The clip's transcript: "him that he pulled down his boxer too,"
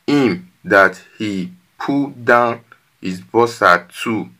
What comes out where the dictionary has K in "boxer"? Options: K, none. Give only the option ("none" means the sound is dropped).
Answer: none